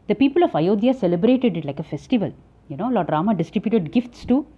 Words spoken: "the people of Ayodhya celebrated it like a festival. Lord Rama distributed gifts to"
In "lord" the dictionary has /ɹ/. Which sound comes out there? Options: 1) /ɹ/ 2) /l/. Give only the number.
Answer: 2